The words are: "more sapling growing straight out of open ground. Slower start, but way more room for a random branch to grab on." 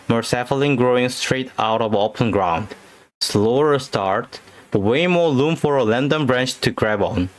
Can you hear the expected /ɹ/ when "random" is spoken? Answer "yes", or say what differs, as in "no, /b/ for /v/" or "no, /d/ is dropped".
no, /l/ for /ɹ/